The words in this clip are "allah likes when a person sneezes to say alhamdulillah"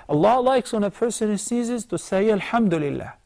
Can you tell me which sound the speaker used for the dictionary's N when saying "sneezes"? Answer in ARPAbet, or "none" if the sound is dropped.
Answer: none